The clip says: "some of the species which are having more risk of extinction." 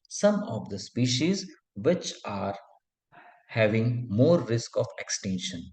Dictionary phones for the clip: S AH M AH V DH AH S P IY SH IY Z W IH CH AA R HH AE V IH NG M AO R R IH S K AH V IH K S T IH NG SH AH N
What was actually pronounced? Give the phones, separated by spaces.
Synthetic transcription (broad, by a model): S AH M AH V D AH S P IY SH IY Z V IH CH AA R HH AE V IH NG M AO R R IH S K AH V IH K S T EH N SH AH N